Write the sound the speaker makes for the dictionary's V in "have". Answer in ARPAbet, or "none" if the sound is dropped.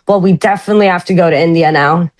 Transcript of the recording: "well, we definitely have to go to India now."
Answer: F